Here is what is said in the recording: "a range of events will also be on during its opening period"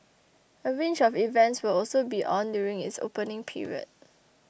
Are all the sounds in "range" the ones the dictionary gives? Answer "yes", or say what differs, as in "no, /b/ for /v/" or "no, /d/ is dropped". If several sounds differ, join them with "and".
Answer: no, /tʃ/ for /dʒ/